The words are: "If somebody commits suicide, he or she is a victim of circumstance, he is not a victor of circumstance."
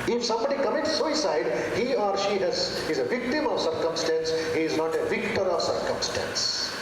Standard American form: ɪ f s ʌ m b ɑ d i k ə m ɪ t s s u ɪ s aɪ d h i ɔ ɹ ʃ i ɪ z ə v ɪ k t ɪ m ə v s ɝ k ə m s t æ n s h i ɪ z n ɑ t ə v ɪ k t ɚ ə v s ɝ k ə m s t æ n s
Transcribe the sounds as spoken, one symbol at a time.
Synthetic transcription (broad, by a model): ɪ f s ʌ m b ɑ d i k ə m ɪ t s s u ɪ s aɪ d h i ɔ ɹ ʃ i ɪ z ə v ɪ k t ɪ m ə v s ɝ k ə m s t æ n s h i ɪ z n ɑ t ə v ɪ k t ɚ ə v s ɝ k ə m s t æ n s